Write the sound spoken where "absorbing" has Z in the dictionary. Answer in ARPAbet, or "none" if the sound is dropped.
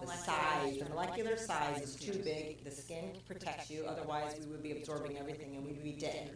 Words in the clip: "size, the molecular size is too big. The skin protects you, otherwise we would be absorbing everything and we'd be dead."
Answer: Z